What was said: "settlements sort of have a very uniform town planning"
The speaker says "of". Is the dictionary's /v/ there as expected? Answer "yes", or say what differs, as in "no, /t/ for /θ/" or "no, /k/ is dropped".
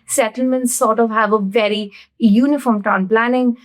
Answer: yes